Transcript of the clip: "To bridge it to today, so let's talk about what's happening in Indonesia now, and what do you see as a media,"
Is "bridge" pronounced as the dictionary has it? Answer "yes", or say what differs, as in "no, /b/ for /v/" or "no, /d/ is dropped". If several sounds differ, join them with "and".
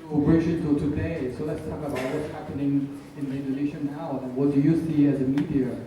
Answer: no, /ʃ/ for /dʒ/